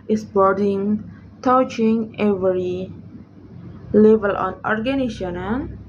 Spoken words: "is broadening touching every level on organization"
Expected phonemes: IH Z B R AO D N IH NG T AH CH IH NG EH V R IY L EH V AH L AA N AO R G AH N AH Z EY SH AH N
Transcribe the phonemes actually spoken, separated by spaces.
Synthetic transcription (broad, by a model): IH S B AO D IH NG T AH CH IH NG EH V R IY L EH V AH L AA N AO R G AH N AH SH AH N